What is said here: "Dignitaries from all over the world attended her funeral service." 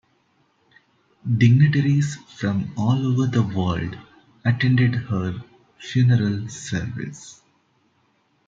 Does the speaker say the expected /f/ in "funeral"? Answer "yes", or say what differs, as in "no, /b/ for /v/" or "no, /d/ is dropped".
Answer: yes